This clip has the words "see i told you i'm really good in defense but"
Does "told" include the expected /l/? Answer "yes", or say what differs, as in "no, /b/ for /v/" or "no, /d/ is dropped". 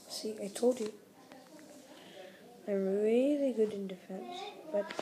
no, /l/ is dropped